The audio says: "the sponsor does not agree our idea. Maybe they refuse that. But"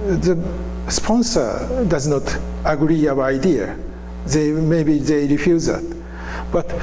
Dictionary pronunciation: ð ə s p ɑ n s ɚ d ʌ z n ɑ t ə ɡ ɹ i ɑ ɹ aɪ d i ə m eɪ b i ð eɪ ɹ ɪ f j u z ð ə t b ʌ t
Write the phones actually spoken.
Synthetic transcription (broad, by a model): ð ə s p ɑ n s ɚ d ʌ z n ɑ t ə ɡ ɹ i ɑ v aɪ d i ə m eɪ b i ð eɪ ɹ ɪ f j u z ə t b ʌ t